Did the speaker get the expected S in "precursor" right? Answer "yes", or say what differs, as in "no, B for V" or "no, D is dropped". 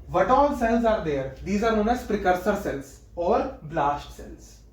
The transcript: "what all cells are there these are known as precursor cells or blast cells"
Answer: yes